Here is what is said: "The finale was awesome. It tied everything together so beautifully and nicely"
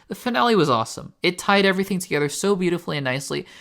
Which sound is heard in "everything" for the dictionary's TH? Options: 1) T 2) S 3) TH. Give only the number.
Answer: 3